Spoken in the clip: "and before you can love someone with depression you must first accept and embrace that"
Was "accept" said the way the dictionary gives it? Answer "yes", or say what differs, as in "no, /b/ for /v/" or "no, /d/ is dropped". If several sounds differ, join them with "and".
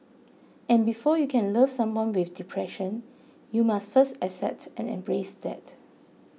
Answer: no, /k/ is dropped